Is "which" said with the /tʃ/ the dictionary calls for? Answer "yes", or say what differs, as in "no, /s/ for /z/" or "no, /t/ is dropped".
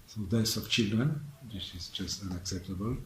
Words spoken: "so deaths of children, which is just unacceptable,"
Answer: no, /s/ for /tʃ/